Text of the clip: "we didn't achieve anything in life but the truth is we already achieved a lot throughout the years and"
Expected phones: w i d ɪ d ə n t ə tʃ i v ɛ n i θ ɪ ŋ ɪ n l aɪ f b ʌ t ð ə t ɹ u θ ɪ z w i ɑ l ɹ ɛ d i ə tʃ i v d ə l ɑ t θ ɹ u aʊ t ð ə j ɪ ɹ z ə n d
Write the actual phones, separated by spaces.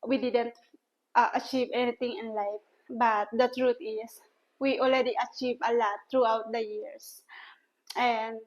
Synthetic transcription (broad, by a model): w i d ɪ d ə n t ə tʃ i v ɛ n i t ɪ ŋ ɪ n l aɪ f b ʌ t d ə t ɹ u t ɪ s w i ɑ l ɹ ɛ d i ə tʃ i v ə l ɑ t ɹ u aʊ t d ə j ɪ ɹ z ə n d